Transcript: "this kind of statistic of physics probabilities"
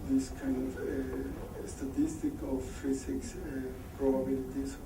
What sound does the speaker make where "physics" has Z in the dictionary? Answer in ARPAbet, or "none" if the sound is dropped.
S